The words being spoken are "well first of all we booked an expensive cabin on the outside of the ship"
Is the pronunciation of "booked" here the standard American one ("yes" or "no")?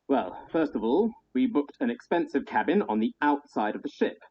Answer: yes